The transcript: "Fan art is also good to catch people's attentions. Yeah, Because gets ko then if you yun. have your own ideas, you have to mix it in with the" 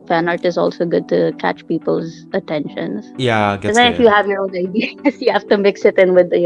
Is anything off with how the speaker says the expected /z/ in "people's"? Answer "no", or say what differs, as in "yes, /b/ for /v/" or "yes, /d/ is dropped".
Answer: no